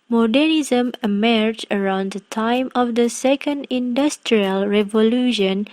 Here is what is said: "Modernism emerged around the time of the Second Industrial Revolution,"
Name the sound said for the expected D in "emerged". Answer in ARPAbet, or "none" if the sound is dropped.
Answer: none